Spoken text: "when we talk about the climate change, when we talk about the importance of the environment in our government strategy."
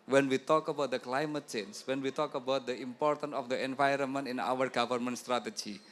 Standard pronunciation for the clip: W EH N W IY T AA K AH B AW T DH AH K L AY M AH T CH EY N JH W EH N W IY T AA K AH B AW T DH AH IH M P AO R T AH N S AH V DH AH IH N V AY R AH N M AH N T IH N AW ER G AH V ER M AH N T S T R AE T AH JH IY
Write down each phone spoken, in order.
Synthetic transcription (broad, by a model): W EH N W IY T AA K AH B AW T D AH K L AY M AH T CH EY N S W EH N W IY T AA K AH B AW T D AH IH M P AO R T AH N S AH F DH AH IH N V AY R AH N M AH N T IH N AW ER G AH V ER M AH N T S T R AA T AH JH IY